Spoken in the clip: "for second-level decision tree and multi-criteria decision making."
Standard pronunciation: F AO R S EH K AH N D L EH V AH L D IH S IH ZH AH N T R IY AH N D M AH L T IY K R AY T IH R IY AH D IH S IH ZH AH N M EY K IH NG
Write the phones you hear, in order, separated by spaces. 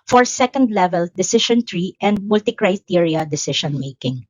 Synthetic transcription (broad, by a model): F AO R S EH K AH N D L EH V AH L D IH S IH SH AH N T R IY AH N D M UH L T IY K R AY T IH R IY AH D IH S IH SH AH N M EY K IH NG